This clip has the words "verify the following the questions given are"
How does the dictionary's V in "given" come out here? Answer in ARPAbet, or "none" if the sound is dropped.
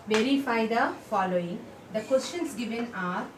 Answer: V